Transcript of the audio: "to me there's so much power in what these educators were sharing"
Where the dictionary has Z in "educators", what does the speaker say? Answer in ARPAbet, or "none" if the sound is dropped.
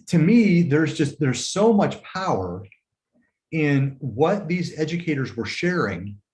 Z